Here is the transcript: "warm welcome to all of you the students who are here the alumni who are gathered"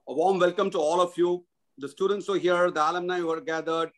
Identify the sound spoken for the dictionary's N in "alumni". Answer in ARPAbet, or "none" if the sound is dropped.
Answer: N